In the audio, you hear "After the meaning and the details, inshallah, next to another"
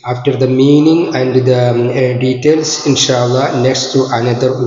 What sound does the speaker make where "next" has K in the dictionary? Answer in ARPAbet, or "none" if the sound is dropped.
K